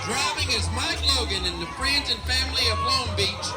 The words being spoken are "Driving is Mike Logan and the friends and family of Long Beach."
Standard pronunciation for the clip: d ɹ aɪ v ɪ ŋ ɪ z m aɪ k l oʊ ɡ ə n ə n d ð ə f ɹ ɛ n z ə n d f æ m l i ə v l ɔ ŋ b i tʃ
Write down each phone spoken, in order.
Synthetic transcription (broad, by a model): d ɹ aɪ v ɪ ŋ ɪ z m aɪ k l oʊ ɡ ə n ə n ð ə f ɹ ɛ n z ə n f æ m l i ə v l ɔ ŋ b i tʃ